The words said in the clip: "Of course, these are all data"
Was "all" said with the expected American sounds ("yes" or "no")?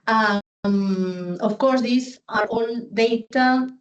no